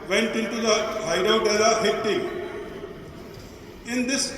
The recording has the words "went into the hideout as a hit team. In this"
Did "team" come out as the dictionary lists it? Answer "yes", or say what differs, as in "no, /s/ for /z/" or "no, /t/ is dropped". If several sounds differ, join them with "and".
no, /m/ is dropped